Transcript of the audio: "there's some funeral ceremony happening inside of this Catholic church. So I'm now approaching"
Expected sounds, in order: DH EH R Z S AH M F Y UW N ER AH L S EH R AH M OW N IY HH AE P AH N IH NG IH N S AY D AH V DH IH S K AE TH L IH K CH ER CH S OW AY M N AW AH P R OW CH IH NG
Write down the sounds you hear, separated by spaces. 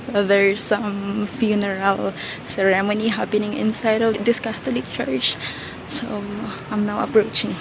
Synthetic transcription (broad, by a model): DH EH R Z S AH M F Y UW N ER AH L S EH R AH M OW N IY HH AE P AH N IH NG IH N S AY D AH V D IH S K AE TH L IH K CH ER CH S OW AY M N AW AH P R OW CH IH NG